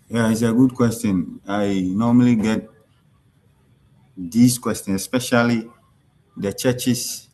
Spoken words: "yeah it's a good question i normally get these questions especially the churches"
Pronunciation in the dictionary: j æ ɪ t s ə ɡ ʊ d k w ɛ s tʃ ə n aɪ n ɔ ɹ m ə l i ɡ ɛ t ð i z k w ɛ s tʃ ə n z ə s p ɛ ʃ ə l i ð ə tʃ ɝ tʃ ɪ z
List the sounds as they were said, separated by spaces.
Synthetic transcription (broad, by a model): j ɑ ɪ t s ə ɡ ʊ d k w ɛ s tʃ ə n aɪ n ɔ m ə l i ɡ ɛ t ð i s k w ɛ s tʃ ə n ə s p ɛ ʃ ə l i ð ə tʃ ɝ tʃ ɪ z